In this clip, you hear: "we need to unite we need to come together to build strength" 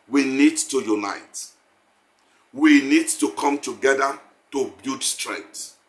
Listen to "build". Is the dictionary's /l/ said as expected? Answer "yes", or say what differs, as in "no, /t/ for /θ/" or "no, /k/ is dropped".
no, /l/ is dropped